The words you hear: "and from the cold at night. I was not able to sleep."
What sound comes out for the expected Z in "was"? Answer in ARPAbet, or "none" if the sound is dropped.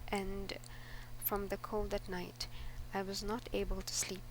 Z